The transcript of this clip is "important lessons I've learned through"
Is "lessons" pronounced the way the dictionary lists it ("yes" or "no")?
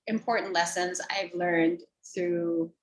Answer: yes